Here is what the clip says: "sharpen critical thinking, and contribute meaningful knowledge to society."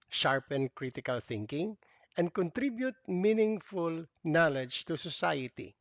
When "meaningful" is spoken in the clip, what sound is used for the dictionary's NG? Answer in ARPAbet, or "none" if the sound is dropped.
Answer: NG